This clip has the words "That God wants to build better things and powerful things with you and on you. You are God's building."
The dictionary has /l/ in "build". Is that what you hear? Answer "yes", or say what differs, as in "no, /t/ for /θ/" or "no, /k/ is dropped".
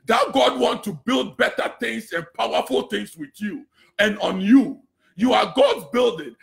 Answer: yes